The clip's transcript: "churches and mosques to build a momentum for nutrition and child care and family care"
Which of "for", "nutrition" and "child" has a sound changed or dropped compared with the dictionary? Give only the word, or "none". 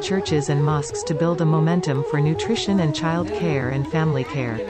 none